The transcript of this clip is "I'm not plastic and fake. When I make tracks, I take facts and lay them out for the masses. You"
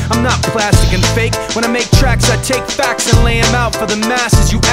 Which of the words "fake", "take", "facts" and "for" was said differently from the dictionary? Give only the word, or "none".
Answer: none